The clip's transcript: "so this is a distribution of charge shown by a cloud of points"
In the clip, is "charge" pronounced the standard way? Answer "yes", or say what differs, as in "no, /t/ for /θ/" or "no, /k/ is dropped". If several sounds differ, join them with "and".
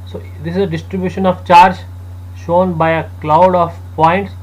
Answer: yes